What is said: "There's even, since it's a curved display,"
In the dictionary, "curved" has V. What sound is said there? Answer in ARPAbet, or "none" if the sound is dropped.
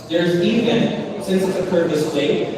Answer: none